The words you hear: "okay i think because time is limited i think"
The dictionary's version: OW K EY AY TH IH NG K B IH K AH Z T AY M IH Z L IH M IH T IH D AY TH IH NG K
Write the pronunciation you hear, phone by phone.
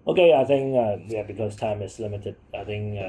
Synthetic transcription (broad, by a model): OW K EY AY TH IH NG K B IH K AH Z T AY M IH S L IH M IH T IH D AY TH IH NG K